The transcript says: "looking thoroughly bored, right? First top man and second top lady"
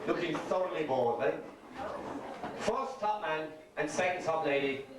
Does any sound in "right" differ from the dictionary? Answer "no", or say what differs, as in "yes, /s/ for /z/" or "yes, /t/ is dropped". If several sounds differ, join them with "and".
yes, /l/ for /ɹ/